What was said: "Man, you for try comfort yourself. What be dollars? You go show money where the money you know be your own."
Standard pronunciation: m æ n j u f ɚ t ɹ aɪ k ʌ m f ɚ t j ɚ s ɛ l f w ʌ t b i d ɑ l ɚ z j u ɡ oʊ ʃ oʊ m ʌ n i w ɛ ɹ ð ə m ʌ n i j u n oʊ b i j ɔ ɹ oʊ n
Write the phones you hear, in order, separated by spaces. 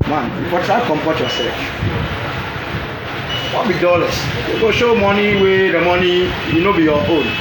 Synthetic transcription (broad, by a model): m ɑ n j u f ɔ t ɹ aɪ k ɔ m p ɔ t j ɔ s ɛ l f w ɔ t b i d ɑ l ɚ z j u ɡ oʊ ʃ oʊ m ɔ n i w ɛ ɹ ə m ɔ n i j u n oʊ b i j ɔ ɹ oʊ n